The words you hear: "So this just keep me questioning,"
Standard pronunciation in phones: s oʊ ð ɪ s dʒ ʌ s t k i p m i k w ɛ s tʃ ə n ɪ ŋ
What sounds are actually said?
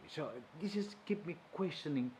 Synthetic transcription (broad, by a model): s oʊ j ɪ dʒ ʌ s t k i p m i k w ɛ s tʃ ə n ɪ ŋ